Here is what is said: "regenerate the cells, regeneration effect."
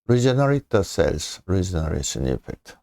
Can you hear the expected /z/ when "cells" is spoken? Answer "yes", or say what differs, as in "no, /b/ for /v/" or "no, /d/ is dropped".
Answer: no, /s/ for /z/